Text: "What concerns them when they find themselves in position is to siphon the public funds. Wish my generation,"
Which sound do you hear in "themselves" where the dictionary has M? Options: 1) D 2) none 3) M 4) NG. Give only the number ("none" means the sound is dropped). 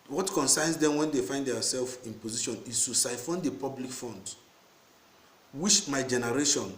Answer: 2